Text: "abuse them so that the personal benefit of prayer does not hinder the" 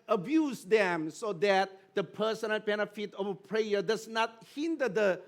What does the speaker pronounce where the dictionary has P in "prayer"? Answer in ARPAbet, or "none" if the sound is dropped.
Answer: P